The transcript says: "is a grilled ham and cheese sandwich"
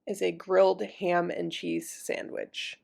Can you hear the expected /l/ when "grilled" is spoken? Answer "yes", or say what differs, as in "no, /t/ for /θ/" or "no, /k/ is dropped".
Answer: yes